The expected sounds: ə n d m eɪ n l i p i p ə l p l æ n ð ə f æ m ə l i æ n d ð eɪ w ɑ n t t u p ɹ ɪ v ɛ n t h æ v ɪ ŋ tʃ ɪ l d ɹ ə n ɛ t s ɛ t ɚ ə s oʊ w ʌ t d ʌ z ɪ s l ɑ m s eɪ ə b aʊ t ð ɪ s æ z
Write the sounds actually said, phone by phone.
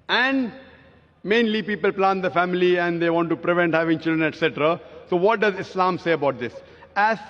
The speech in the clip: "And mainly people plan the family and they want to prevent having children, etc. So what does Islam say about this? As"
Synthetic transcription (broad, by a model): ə n d m eɪ n l i p i p ə l p l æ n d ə f æ m ə l i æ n d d eɪ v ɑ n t t u p ɹ ɪ v ɛ n t h æ v ɪ ŋ tʃ ɪ l d ɹ ə n ɛ t s ɛ t ɚ ə s oʊ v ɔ t d ʌ z ɪ s l ɑ m s eɪ ə b aʊ t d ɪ s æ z